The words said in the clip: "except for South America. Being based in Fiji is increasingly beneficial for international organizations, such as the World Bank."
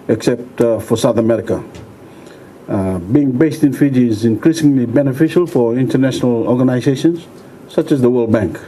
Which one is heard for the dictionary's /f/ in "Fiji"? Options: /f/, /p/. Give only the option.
/f/